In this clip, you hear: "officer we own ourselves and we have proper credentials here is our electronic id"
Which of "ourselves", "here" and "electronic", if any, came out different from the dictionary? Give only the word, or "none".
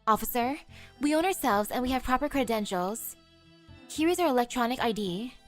none